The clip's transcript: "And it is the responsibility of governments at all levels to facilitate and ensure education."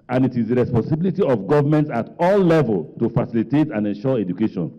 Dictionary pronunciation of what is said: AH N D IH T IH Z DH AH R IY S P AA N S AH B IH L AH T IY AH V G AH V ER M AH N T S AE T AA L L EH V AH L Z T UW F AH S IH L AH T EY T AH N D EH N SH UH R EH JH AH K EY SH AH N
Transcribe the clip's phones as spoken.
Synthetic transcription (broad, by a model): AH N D IH T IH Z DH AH R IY S P AA N S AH B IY L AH T IY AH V G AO V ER M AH N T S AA T AA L L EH V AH L T UW F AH S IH L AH T EY T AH N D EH N SH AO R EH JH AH K EY SH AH N